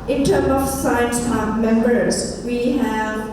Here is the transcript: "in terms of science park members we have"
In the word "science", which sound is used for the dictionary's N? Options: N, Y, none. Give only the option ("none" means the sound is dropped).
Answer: N